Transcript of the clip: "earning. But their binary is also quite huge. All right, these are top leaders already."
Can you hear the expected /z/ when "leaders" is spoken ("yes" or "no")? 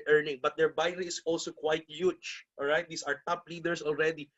no